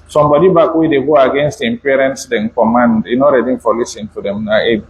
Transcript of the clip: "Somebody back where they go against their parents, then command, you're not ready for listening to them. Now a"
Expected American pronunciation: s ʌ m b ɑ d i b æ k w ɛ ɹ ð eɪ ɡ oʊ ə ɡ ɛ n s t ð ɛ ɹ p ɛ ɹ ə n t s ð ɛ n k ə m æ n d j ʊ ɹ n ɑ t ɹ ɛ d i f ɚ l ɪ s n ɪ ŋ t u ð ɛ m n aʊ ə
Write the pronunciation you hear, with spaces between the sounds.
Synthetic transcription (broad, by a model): s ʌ m b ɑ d i b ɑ k w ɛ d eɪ ɡ oʊ ə ɡ ɛ n s t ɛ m p ɛ ɹ ə n t s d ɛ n k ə m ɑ n d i n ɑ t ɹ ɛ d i f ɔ l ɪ s ɪ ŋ t u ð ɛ m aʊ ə